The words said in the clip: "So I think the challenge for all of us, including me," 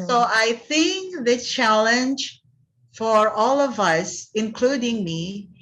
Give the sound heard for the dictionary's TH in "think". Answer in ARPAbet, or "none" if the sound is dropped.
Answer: TH